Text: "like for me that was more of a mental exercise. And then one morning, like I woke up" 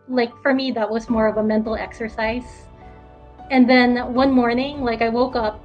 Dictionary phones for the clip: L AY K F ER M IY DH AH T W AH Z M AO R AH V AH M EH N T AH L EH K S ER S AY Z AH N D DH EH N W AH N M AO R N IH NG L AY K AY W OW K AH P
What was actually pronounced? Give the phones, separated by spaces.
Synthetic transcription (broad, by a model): L AY K F ER M IY DH AH T W AH Z M AO R AH V AH M EH N T L EH K S ER S AY Z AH N DH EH N W AH N M AO R N IH NG L AY K AY W OW K AH P